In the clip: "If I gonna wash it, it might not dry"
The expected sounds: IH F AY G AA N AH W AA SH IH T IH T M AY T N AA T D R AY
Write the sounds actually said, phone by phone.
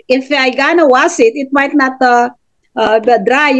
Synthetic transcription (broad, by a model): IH F AY G AA N AH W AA S IH T IH T M AY T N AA T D R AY